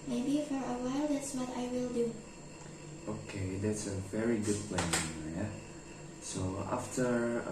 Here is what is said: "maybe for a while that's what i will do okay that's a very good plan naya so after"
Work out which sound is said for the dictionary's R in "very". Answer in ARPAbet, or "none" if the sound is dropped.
R